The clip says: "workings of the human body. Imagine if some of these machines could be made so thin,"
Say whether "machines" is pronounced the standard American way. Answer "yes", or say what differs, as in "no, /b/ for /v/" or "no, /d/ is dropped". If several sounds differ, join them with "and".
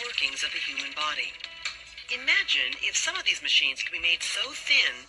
yes